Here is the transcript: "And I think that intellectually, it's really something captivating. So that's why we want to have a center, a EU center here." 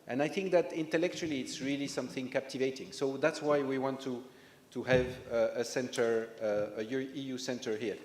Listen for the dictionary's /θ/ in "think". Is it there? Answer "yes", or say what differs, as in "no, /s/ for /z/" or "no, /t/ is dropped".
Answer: yes